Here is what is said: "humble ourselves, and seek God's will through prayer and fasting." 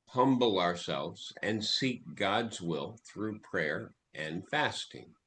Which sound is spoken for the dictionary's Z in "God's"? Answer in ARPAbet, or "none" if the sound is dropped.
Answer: Z